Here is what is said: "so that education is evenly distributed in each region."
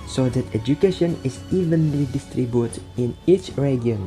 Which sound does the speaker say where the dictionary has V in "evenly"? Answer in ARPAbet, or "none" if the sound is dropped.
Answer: V